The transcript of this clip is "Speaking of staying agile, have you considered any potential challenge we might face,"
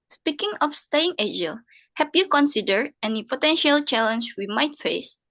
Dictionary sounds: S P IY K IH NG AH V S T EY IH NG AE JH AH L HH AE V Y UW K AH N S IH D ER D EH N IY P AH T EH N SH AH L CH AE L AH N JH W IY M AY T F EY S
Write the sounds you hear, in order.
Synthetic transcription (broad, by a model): S P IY K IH NG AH F S T EY IH NG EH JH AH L HH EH P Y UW K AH N S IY D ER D EH N IY P AH T EH N SH AH L CH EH L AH N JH W IY M AY T F EY S